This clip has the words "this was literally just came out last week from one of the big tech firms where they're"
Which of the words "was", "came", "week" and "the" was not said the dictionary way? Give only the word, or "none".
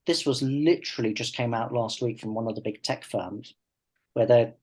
none